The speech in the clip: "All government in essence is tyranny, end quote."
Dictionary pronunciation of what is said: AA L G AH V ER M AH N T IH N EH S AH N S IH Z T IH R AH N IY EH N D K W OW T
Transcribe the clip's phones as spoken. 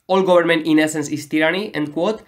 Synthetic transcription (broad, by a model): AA L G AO B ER M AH N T IH N EH S AH N S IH S T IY R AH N IY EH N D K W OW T